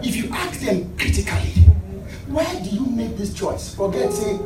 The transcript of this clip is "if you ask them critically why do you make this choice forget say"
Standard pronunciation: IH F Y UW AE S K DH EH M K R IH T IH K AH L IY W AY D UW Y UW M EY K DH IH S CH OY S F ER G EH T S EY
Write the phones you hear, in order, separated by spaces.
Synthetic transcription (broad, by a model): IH F Y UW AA K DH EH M K R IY T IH K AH L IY W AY D UW Y UW M EY K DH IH S CH OY S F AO G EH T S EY